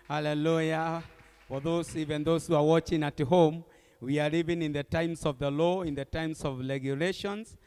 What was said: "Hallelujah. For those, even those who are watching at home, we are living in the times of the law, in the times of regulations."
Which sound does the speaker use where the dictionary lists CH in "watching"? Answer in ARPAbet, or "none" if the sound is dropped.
CH